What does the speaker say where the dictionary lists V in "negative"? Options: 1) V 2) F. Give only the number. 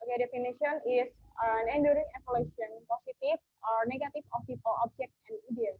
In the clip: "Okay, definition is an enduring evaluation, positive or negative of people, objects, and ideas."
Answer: 2